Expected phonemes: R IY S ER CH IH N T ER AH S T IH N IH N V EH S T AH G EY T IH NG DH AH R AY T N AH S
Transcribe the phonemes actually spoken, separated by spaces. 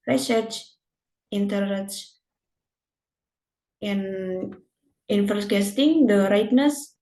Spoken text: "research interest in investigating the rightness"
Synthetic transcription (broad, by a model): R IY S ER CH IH N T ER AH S IH N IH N F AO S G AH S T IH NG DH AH R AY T N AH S